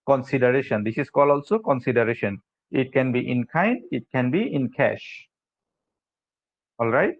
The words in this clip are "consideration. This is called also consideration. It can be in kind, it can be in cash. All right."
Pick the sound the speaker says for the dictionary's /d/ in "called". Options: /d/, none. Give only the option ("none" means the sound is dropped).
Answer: none